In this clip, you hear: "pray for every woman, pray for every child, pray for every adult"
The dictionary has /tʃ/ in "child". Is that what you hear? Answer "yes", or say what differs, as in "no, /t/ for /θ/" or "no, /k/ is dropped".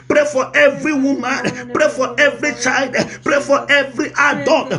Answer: yes